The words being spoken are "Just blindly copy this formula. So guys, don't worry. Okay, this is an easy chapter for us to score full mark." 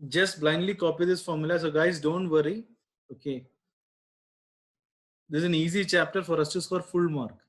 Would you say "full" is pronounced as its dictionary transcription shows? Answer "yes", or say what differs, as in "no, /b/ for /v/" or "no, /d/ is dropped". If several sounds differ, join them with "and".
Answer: yes